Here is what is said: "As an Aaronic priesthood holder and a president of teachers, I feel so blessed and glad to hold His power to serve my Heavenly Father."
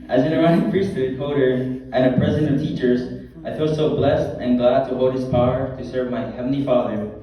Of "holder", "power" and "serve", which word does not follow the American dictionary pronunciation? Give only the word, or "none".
holder